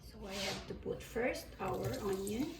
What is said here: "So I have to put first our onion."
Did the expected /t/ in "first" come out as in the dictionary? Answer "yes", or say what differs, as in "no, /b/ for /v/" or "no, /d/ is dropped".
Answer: yes